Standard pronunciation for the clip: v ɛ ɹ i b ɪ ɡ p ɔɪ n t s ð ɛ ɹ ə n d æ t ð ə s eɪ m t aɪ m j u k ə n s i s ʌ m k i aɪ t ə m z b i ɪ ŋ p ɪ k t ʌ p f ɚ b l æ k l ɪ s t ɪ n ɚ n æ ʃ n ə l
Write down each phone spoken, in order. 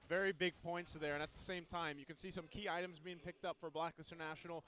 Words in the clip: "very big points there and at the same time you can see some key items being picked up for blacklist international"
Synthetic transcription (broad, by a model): v ɛ ɹ i b ɪ ɡ p ɔɪ n t s ð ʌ ɹ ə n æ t ð ə s eɪ m t aɪ m j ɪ k ə n s i s ʌ m k i aɪ t ə m z b i ɪ ŋ p ɪ k t ʌ p f ɚ b l æ k ɪ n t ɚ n æ ʃ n l